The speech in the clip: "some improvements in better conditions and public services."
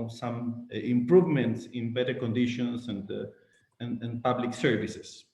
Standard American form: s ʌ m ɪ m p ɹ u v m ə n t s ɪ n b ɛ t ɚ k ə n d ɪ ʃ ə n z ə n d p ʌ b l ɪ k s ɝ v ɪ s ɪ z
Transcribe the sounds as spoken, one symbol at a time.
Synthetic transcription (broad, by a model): s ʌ m ɪ m p ɹ u v m ə n t s ɪ n b ɛ t ɚ k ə n d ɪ ʃ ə n s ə n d p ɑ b l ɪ k s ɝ v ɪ s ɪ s